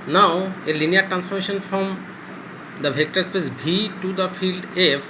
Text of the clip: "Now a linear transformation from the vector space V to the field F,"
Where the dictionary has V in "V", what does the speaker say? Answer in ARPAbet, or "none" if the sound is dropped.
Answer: B